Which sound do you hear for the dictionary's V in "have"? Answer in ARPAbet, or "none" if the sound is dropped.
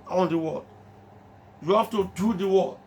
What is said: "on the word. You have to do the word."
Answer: F